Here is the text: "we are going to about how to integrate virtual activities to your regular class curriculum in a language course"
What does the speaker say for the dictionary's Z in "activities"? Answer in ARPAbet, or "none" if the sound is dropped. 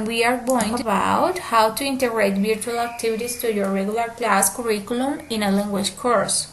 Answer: S